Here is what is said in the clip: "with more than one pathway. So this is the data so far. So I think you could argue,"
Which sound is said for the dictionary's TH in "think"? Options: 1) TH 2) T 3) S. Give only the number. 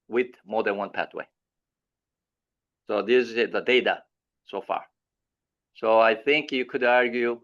1